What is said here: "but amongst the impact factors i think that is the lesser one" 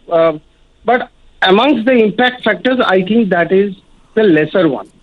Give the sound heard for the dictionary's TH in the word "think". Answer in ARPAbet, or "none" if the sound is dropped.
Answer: T